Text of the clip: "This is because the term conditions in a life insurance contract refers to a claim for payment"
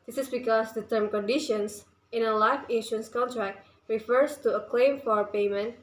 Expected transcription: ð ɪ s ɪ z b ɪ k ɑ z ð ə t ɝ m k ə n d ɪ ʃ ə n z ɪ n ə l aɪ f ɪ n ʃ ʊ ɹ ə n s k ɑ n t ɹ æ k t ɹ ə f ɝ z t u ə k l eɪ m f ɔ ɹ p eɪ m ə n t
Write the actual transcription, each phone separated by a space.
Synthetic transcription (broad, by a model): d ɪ s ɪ s b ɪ k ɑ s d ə t ɝ m k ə n d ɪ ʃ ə n s ɪ n ə l aɪ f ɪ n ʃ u ə n s k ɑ n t ɹ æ k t ɹ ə f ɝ s t u ə k l eɪ m f ɔ ɹ p eɪ m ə n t